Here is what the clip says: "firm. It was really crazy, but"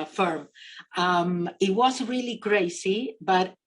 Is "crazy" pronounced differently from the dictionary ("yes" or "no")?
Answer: yes